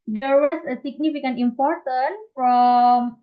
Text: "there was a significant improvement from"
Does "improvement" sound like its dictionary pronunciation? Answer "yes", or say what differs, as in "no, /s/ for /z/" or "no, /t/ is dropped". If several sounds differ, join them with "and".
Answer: no, /ɹ/ is dropped